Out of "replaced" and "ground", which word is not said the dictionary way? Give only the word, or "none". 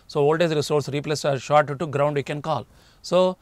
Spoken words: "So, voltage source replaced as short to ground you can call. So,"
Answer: replaced